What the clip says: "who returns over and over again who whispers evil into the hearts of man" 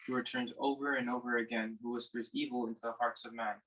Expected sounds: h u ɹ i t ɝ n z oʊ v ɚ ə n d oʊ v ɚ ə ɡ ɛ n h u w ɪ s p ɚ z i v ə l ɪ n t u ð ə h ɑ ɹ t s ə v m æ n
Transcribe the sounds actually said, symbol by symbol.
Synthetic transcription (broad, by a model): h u w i t ɝ n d oʊ v ɚ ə n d oʊ v ɚ ə ɡ ɛ n h u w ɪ s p ɚ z i v l ɪ n t u ð ə h ɑ ɹ t s ə v m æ n